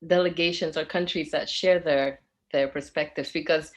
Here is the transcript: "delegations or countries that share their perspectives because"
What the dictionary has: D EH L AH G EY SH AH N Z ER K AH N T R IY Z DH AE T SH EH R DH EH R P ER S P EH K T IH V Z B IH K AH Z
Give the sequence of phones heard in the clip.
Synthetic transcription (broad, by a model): D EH L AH G EY SH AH N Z ER K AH N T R IY Z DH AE T SH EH R DH EH R P ER S P EH K T IH V Z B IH K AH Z